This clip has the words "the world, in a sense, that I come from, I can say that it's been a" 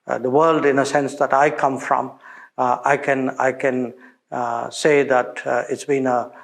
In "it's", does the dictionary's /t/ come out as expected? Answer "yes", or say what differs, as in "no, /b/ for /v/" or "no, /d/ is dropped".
yes